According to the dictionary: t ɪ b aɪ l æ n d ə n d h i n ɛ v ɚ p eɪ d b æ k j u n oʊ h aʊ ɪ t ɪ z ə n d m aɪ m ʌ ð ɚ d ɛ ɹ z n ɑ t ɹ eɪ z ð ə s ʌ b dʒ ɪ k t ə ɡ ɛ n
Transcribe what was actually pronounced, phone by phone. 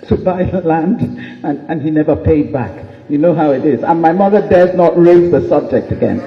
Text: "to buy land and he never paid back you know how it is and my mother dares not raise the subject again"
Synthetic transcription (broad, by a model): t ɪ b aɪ l æ n d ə n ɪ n i n ɛ v ɚ p eɪ d b æ k j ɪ n oʊ h aʊ ɪ t ɪ z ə n m aɪ m ʌ ð ɚ d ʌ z n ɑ t ɹ eɪ z ð ə s ʌ b dʒ ɪ k t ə ɡ ɛ n